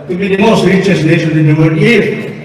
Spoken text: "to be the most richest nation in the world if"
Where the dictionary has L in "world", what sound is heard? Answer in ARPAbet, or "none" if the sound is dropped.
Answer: none